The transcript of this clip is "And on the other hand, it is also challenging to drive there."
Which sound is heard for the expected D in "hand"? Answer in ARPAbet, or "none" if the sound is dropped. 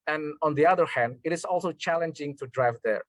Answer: D